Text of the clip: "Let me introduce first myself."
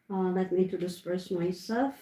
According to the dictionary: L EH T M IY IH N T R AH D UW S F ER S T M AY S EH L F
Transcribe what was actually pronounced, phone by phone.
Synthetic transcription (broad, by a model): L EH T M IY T AH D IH S P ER S M AY S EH L F